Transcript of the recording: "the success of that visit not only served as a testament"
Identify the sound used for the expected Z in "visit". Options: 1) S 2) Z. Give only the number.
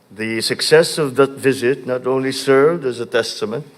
2